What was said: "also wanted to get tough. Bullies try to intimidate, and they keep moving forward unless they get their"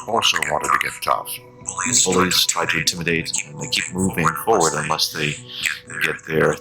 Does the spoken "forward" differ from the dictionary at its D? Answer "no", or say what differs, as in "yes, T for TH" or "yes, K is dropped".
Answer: no